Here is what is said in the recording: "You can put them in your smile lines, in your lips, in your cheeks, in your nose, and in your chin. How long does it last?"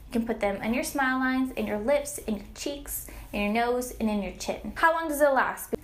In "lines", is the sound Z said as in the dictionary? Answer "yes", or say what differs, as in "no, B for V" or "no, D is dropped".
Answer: yes